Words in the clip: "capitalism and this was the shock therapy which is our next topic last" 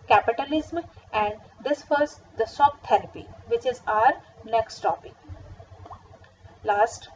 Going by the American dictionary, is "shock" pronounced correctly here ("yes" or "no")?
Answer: no